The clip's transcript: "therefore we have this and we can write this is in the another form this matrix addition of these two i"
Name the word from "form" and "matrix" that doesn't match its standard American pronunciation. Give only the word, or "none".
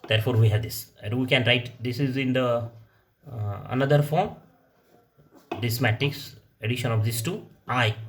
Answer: matrix